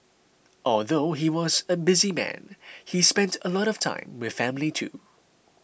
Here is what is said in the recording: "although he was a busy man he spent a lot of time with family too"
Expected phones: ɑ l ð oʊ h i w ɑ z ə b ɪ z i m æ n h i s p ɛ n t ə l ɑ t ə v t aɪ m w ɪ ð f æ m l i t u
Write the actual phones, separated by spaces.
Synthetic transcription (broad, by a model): ɑ l ð oʊ h i w ɑ z ə b ɪ z i m æ n h i s p ɛ n t ə l ɑ t ə v t aɪ m w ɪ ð f æ m l i t u